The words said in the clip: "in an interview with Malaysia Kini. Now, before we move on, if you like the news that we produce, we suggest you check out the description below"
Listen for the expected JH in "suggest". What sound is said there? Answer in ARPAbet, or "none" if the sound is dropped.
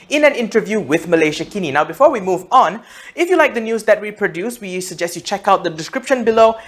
JH